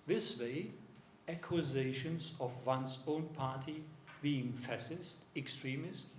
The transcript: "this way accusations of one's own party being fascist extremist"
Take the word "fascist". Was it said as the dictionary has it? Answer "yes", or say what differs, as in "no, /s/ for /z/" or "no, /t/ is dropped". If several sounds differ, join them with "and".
no, /s/ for /ʃ/